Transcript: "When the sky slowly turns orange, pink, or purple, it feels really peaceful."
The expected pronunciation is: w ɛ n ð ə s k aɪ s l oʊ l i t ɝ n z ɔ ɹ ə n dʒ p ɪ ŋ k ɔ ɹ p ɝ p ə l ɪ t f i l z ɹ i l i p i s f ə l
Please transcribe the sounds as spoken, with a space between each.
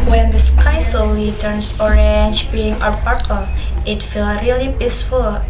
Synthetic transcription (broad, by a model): w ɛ n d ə s k aɪ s oʊ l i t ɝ n s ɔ ɹ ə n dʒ b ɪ ŋ ɔ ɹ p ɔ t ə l ɪ t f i l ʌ ɹ i l i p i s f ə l